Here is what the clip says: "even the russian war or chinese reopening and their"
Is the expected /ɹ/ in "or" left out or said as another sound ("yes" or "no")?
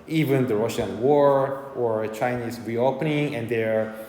no